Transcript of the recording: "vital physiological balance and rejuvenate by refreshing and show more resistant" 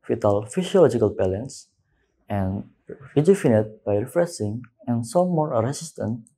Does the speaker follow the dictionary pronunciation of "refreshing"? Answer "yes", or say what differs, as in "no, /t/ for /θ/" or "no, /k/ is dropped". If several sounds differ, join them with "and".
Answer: no, /s/ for /ʃ/